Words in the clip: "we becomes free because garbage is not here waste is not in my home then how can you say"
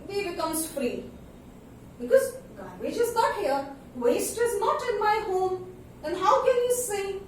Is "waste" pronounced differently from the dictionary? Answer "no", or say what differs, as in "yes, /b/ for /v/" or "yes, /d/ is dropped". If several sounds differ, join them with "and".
no